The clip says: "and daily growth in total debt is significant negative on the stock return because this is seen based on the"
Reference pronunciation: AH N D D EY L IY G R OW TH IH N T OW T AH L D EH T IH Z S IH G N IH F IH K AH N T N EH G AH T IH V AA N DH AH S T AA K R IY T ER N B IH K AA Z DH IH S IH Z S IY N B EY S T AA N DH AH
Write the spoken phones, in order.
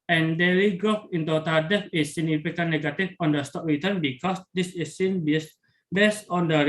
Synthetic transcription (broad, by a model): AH N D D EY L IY G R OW F IH N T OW T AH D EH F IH S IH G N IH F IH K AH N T N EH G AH T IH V AA N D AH S T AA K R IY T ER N B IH K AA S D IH S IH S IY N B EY S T AA N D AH